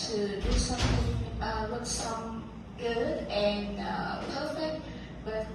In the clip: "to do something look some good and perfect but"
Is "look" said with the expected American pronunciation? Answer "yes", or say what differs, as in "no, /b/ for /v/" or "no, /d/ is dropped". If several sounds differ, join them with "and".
no, /w/ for /l/